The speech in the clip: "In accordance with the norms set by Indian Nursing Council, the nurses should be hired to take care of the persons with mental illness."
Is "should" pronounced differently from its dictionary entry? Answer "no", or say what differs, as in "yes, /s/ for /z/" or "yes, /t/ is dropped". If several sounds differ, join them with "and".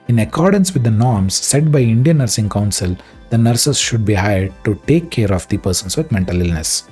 no